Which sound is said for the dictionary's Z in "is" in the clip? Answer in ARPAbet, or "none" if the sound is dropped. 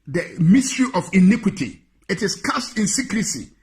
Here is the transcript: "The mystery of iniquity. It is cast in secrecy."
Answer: S